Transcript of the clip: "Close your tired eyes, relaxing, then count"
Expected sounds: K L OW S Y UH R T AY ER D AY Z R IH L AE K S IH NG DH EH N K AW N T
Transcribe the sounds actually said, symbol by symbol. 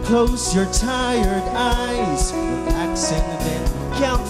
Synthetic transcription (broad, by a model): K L OW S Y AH R T AY ER D AY Z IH AE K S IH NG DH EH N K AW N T